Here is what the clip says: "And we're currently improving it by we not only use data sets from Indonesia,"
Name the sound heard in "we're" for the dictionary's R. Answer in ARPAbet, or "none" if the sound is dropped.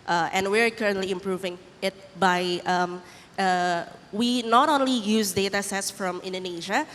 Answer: R